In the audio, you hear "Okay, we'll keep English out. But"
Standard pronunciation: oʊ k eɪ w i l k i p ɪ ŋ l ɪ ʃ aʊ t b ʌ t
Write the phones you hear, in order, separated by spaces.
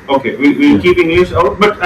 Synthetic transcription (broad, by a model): oʊ k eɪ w i w k i p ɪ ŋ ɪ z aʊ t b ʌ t